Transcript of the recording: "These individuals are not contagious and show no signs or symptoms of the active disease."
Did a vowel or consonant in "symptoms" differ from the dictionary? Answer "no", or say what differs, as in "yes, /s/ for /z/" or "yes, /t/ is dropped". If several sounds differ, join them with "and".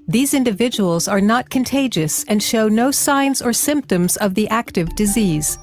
no